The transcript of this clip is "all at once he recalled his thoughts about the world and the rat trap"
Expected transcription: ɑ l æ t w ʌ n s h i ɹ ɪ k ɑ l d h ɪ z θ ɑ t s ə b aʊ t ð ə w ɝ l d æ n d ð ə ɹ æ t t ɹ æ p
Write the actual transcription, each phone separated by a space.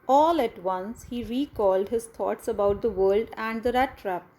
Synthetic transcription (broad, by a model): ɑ l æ t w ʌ n s h i ɹ ɪ k ɑ l d h ɪ z t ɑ t s ə b aʊ t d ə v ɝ l d æ n d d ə ɹ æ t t ɹ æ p